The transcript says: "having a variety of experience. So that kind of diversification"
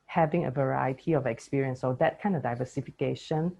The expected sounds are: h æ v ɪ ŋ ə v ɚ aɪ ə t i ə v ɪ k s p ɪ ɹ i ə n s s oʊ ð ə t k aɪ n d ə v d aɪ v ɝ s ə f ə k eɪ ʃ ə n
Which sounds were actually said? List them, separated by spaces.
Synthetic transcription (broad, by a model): h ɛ v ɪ ŋ ə v ɚ aɪ ə t i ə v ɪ k s p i ɹ i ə n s s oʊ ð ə t k aɪ n d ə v d aɪ v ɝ s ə f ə k eɪ ʃ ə n